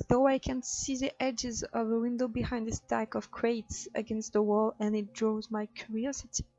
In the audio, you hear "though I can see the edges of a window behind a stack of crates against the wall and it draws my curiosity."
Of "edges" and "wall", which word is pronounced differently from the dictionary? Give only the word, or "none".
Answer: none